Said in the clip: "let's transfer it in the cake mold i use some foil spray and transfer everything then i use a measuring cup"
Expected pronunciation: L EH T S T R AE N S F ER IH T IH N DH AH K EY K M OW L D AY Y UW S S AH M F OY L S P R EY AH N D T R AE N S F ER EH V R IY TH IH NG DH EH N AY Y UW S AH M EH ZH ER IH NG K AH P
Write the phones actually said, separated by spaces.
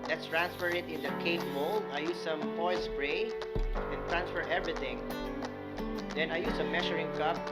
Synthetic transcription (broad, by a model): L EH T S T R AE N S F ER IH T IH N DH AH K EY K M OW L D AY Y UW S S AH M P OY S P R EY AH N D T R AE N S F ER EH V R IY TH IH NG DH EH N AY Y UW S AH M EH SH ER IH NG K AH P